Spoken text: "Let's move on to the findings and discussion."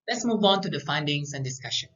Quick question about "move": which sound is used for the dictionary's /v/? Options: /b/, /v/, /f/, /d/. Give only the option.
/v/